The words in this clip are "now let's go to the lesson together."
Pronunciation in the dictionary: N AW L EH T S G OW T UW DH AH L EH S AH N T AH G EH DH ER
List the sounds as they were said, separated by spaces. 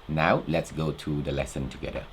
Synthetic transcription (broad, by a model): N AW L EH T S G OW T UW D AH L EH S AH N T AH G EH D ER